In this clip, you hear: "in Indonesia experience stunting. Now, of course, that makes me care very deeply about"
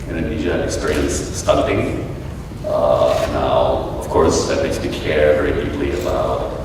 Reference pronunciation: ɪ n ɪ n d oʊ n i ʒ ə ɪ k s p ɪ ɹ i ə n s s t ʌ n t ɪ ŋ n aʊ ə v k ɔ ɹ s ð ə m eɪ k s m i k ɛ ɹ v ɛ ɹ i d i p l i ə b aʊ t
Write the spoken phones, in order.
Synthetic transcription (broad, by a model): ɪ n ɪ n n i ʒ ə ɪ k s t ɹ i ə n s s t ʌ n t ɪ ŋ n aʊ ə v k ɔ ɹ s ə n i s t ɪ k ɛ ɹ v ɛ ɹ i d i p l i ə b aʊ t